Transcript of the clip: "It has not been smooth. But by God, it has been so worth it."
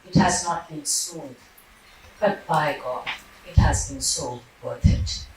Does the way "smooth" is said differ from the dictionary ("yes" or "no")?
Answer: yes